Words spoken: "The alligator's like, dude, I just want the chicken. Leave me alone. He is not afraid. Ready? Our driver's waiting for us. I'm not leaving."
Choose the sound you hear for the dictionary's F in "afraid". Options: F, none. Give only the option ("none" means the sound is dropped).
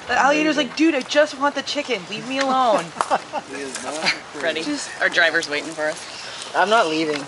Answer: none